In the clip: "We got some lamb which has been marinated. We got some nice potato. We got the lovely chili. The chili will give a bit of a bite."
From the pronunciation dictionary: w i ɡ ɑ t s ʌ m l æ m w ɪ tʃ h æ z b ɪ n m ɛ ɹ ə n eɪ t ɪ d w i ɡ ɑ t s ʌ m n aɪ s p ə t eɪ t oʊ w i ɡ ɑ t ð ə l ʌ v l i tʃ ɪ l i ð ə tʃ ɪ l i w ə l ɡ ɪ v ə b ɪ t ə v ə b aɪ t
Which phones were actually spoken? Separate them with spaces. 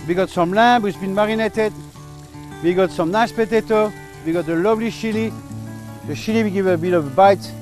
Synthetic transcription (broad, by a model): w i ɡ ɑ t s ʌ m l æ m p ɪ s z b ɪ n m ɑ ɹ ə n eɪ t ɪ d w i ɡ ɑ t s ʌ m n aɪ ʃ p ə t eɪ t oʊ w i ɡ ɑ t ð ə l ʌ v l i ʃ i l i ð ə ʃ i l i w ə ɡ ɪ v ə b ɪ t ə v b aɪ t